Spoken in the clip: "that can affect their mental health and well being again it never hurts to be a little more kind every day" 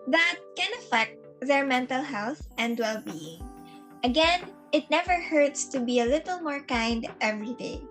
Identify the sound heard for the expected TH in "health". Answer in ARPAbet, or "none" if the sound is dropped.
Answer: TH